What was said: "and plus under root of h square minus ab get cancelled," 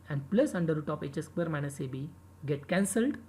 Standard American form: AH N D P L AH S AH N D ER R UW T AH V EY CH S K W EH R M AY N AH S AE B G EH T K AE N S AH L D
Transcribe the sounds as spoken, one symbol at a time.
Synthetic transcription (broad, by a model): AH N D P L AH S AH N D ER R UW T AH P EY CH S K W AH R M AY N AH S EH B G EH T K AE N S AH L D